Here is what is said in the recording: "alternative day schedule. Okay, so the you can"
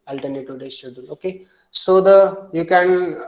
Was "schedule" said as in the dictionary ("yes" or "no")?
no